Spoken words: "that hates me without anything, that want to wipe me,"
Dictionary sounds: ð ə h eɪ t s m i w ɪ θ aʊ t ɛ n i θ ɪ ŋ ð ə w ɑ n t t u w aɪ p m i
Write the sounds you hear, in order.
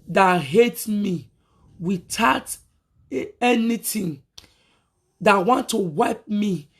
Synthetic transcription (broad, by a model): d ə h eɪ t m i w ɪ t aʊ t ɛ n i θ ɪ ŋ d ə w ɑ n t t u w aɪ p m i